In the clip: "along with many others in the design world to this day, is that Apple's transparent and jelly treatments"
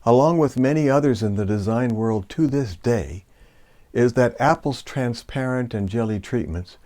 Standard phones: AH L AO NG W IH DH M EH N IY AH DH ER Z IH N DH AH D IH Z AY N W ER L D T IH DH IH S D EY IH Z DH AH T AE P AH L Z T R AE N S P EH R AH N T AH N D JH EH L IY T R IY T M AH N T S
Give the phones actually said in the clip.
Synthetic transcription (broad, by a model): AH L AO NG W IH DH M EH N IY AH DH ER Z IH N DH AH D IH Z AY N W ER L D T IH DH IH S D EY IH Z DH AH T AE P L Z T R AE N S P EH R AH N T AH N JH EH L IY T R IY T M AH N T S